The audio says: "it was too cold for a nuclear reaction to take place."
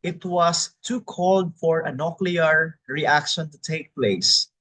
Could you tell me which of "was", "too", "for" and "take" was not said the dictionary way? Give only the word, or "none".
was